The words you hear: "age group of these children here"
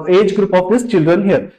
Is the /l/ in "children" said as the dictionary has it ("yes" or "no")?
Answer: yes